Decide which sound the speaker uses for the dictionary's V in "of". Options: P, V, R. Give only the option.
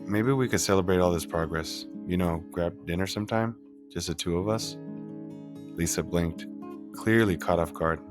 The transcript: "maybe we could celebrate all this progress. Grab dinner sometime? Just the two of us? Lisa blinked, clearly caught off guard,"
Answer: V